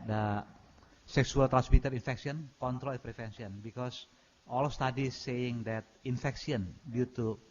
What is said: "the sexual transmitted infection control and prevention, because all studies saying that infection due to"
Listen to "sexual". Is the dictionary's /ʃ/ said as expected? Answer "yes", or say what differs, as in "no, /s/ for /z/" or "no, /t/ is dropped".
no, /s/ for /ʃ/